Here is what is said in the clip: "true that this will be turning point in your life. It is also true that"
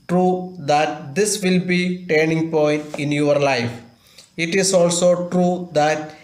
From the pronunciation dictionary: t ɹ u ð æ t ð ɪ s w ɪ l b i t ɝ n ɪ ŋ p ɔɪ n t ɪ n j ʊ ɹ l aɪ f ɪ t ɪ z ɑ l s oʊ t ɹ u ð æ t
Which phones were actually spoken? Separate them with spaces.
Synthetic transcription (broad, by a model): t ɹ u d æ t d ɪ s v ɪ l b i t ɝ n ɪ ŋ p ɔɪ n t ɪ n j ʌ ɹ l aɪ f ɪ t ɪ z ɑ l s oʊ t ɹ u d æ t